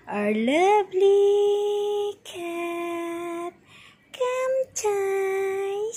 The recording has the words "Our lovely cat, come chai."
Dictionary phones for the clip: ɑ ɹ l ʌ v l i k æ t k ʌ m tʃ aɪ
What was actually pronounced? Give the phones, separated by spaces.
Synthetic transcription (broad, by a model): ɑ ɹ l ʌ b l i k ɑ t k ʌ m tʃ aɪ